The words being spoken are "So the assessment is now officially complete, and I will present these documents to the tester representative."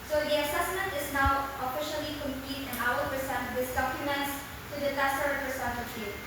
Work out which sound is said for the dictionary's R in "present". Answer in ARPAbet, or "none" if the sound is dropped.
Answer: none